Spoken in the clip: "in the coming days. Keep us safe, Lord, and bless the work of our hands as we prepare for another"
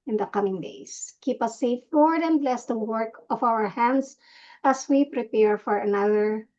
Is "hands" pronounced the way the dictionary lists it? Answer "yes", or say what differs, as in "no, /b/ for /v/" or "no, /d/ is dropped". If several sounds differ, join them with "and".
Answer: no, /s/ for /z/